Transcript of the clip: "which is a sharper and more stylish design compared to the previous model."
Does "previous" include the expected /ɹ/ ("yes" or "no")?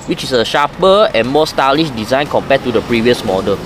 yes